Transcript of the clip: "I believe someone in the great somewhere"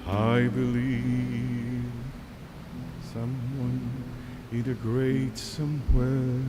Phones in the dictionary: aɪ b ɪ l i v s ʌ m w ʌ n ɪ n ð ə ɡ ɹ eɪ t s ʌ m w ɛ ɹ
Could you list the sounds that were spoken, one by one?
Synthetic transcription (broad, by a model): aɪ b ɪ l i v s ʌ m w ʌ n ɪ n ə ɡ ɹ eɪ t s ʌ m w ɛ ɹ